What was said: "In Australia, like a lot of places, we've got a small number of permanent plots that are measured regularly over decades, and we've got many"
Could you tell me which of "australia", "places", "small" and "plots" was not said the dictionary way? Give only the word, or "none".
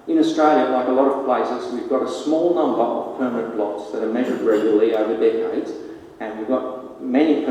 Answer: plots